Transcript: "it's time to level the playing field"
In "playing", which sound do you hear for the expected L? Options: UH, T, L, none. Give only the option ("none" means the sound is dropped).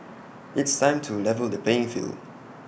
none